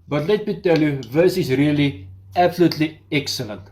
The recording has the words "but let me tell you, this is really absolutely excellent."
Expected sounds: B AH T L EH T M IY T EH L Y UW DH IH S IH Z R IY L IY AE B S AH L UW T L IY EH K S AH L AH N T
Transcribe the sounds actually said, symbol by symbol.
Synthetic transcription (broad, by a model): B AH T L EH T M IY T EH L Y UW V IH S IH S R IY L IY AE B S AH L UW T L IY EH K S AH L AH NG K